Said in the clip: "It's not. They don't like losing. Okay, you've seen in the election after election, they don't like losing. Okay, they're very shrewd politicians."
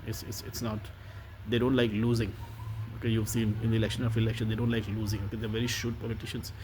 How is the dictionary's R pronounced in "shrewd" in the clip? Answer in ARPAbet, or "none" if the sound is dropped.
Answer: none